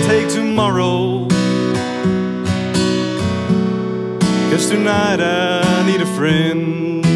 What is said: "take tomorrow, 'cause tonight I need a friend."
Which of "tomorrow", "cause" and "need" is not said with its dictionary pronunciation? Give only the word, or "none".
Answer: cause